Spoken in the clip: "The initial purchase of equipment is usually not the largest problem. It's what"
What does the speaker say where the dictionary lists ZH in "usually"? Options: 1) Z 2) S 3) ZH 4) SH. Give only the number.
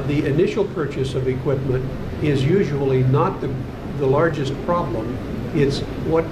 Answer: 3